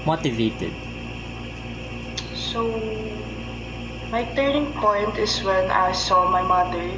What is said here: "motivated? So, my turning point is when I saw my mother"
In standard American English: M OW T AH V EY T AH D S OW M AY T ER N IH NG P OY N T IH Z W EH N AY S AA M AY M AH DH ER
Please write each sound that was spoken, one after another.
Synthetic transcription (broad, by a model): M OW T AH V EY T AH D S OW M AY T ER N IH NG P OY N T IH S W EH N AY S AA M AY M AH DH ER